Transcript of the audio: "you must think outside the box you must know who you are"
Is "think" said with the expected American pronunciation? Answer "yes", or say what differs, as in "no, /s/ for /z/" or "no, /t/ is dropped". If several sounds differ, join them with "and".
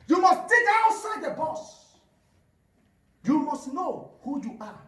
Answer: no, /t/ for /θ/ and /ŋ/ is dropped